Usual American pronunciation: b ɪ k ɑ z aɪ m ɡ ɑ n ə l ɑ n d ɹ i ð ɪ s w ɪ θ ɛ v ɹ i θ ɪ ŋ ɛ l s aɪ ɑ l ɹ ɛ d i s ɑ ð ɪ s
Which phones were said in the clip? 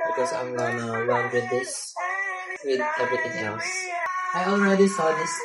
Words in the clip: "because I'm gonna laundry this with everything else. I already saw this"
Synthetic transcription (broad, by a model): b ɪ k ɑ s aɪ m ɡ ɑ n ə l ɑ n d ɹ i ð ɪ s w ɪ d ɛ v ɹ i t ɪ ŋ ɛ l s aɪ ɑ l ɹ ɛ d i s ɑ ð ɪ s